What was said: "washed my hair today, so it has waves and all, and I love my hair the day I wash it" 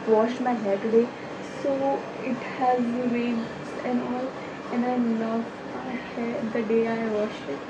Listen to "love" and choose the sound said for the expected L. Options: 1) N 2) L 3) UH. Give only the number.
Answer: 1